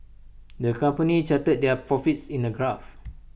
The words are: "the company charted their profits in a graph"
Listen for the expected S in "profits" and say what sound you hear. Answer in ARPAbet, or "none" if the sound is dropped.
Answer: S